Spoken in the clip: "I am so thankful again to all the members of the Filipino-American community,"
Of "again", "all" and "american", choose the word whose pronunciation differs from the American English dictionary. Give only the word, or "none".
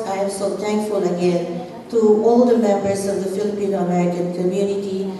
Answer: american